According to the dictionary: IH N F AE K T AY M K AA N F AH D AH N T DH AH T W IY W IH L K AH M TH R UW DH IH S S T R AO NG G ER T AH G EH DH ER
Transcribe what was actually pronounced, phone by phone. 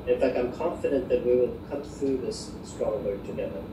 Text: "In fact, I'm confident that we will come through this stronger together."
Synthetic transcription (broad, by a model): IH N F AE K T AY M K AA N F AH D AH N DH AH T W IY W IH L K AH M TH R UW DH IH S S T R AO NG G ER T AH G EH DH ER